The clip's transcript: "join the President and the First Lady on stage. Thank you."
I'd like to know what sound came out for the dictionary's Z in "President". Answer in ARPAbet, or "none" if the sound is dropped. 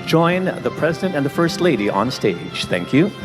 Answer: Z